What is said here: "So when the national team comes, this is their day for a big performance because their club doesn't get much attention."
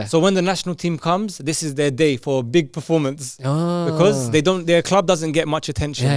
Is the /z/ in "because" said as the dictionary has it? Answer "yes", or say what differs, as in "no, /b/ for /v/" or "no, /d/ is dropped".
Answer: yes